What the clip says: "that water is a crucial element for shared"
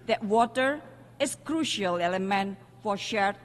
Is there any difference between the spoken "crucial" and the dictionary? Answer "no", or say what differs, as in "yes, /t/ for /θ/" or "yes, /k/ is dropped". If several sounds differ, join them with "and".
no